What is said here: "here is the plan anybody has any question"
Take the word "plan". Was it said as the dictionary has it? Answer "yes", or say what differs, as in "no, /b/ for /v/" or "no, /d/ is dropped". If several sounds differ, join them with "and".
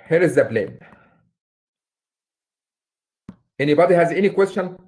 no, /b/ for /p/